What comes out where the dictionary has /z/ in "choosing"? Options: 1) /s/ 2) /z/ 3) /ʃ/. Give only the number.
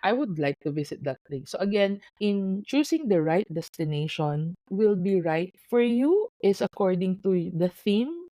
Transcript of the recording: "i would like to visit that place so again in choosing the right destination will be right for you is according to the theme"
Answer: 1